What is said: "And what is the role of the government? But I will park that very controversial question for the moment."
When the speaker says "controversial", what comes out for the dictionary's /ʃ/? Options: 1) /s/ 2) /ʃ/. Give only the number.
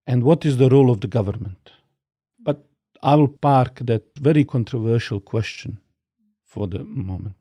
2